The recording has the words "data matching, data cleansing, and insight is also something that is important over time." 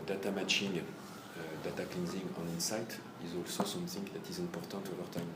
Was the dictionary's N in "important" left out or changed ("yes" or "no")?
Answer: yes